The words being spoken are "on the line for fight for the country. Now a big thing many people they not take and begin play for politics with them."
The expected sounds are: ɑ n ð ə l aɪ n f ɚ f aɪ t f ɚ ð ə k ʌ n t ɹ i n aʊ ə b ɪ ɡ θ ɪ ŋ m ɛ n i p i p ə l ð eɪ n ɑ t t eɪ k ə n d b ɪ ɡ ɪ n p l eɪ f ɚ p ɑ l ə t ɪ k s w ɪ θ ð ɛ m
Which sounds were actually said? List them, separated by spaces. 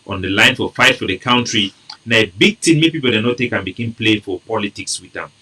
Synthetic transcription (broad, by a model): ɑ n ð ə l aɪ n f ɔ f aɪ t f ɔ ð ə k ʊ n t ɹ i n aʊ ə b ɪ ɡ t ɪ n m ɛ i p i p ə l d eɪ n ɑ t t eɪ k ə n b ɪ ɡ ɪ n p l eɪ f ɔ p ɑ l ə t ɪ k s w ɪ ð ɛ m